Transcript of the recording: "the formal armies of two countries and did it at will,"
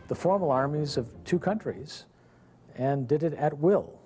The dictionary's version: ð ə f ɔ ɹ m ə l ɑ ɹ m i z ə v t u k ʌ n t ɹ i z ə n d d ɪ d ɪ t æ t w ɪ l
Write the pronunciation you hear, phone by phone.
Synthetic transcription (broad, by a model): ð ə f ɔ ɹ m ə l ɑ ɹ m i z ə v t u k ʌ n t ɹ i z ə n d d ɪ d ɪ t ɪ t w ɪ l